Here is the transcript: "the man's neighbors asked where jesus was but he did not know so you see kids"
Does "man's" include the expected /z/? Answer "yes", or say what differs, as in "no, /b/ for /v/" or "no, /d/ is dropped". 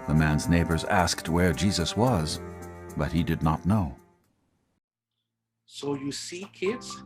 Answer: yes